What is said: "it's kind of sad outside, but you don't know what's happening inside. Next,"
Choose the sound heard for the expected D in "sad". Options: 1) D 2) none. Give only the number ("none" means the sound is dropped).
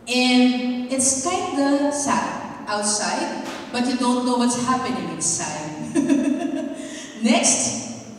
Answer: 2